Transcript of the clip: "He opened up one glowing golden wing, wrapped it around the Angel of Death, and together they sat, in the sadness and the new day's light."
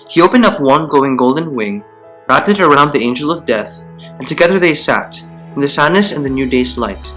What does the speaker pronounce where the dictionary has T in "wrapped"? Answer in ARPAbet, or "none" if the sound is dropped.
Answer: none